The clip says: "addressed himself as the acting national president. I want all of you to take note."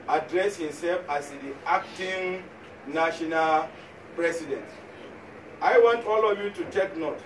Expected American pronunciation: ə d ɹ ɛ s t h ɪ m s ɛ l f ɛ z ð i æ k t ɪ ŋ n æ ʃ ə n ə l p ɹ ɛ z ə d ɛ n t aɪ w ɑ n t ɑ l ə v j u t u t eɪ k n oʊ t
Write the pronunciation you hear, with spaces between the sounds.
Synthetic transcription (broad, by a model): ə d ɹ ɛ s h ɪ m s ɛ l f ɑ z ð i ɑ k t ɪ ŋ n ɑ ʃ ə n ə l p ɹ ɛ s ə d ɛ n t aɪ w ɑ n t ɑ l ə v j u t u t eɪ k n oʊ t